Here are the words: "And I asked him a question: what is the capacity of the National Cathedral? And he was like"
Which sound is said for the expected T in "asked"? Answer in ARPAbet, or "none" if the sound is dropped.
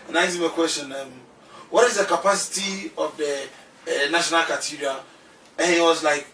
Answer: none